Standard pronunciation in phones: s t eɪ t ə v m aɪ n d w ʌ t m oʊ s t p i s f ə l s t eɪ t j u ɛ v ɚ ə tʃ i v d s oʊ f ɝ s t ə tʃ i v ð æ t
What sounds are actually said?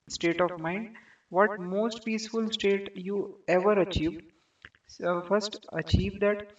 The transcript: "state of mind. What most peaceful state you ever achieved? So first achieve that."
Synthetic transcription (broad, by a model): s t eɪ t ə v m aɪ n d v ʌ t m oʊ s t p i s f ə l s t eɪ t j u ɛ v ɚ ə tʃ i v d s f ɝ s t ə tʃ i v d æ t